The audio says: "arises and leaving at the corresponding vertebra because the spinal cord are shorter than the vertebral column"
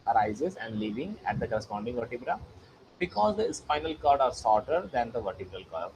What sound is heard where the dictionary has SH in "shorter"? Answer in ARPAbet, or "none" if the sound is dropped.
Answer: S